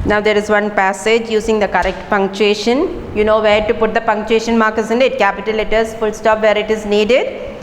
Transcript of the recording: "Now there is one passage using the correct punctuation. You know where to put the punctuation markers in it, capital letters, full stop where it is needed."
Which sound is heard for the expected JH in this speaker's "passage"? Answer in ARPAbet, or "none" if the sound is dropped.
JH